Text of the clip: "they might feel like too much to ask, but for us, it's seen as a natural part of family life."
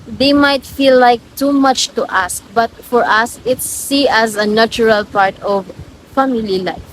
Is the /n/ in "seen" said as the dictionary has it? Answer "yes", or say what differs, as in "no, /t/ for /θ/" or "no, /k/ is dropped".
no, /n/ is dropped